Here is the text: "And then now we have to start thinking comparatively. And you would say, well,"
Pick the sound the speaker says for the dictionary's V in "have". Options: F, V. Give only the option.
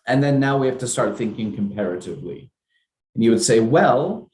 F